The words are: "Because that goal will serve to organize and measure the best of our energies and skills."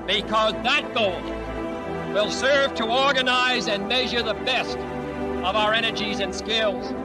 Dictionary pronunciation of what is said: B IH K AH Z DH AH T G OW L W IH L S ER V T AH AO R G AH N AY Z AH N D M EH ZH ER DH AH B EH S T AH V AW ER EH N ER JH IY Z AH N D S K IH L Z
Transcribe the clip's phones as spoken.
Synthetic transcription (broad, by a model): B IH K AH Z DH AH T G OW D W IH L S ER V T AH AO R G AH N AY Z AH N M EH ZH ER DH AH B EH S T AH V AW ER EH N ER JH IY Z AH N S K IH L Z